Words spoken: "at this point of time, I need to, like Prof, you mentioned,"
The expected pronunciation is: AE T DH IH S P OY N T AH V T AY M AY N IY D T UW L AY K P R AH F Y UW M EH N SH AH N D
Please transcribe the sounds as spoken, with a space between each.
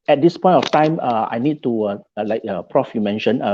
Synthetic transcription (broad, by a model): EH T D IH S P OY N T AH F T AY M AY N IY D T UW L AY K P R AH F Y UW M EH N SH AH N